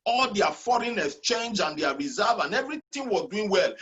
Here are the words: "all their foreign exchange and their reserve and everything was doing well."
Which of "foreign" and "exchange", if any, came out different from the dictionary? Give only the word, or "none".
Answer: exchange